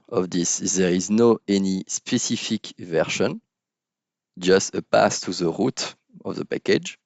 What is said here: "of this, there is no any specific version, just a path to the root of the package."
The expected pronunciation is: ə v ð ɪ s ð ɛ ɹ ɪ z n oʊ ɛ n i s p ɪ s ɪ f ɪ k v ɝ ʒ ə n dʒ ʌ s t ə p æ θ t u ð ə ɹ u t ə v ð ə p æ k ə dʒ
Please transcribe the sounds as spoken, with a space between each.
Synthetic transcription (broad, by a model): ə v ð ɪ s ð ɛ ɹ ɪ z n oʊ ɛ n i s p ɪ s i f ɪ k v ɝ ʃ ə n dʒ ʌ s t ə p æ s t u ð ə ɹ u t ə v ð ə p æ k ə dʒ